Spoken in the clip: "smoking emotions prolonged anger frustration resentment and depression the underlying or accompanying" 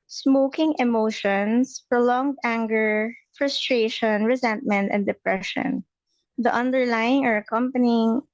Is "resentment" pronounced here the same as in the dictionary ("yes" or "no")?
yes